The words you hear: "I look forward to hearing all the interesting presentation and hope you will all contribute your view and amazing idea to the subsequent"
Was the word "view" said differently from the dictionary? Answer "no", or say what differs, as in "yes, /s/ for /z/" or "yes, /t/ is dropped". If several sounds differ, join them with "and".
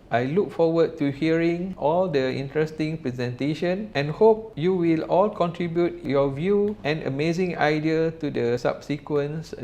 no